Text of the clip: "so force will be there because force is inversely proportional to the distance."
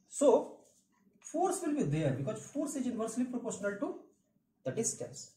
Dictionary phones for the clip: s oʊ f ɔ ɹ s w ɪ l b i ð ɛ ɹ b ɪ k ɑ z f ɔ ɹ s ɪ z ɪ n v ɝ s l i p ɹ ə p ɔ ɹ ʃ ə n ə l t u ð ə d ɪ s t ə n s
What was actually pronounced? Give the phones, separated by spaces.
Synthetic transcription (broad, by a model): s oʊ f ɔ ɹ s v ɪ l b i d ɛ ɹ b ɪ k ɑ z f ɔ ɹ s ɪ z ɪ n v ɝ s l i p ɹ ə p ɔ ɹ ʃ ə n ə l t u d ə d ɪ s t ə n s